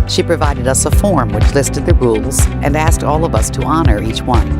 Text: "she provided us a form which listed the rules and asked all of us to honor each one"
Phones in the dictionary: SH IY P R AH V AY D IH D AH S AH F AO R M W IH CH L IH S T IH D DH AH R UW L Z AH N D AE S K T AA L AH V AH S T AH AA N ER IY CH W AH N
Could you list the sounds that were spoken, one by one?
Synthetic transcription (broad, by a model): SH IY P R AH V AY D IH D AH S AH F AO R M W IH CH L IH S T IH D DH AH R UW L Z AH N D AE S K T AA L AH V AH S T AH AA N ER IY CH W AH N